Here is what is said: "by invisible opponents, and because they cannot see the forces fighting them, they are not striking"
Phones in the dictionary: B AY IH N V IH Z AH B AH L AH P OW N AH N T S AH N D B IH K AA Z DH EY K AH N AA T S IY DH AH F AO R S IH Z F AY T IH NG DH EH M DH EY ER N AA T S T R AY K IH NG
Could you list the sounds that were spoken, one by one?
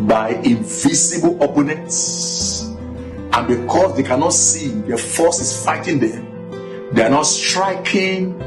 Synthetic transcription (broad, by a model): B AY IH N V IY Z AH B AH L AH P OW N AH N T S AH N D B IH K AA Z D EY K AH N AA T S IY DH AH F AO S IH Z F AY T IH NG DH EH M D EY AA N AA T S T R AY K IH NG